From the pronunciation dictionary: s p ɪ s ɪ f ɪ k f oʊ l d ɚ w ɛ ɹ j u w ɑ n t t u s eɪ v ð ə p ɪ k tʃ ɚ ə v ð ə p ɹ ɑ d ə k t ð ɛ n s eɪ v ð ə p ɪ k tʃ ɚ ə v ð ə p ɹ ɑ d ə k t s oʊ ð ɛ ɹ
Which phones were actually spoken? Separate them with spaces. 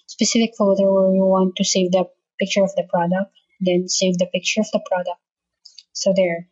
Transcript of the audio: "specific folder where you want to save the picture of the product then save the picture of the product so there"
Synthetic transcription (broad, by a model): s p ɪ s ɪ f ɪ k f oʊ d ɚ w ɛ ɹ j u w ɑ n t t u s eɪ v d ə p ɪ k tʃ ɚ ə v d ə p ɹ ɑ d ə k t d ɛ n s eɪ v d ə p ɪ k tʃ ɚ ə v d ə p ɹ ɑ d ə k t s oʊ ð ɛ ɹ